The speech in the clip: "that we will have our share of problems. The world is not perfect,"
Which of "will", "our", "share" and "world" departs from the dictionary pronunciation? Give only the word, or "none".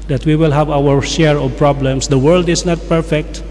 none